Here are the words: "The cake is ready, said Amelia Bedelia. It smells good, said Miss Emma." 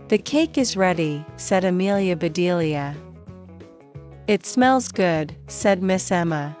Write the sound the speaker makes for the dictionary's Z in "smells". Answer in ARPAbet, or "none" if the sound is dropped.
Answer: Z